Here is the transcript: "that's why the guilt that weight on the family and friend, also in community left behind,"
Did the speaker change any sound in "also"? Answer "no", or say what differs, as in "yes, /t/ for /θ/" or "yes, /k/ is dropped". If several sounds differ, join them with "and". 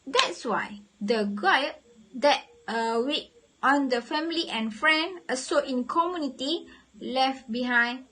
yes, /l/ is dropped